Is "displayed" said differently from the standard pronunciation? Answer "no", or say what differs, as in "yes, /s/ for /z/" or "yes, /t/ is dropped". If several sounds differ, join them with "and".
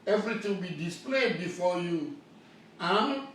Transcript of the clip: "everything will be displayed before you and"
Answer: no